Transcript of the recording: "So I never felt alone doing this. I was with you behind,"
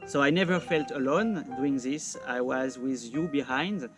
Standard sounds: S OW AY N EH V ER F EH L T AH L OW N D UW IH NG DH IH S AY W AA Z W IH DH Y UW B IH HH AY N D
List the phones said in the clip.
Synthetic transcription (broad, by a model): S OW AY N EH V ER F EH L T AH L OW N D UW IH NG DH IH S AY W AA Z W IH DH Y UW B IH HH AY N D